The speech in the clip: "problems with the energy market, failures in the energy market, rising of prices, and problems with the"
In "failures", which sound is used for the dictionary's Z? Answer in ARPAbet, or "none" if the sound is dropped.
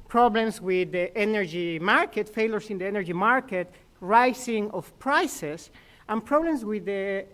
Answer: S